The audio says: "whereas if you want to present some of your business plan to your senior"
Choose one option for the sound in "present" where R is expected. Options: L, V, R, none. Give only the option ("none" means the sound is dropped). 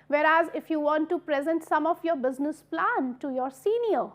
R